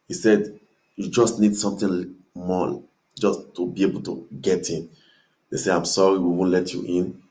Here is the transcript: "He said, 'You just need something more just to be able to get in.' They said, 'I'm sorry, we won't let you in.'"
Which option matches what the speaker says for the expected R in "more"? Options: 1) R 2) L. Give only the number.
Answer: 2